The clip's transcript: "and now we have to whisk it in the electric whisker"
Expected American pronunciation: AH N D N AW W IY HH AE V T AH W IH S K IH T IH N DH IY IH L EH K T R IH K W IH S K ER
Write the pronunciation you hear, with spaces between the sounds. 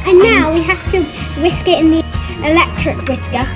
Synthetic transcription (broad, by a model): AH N N AW W IY HH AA F T AH W IH S K IH T IH N DH IY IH L EH K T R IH K W IH S K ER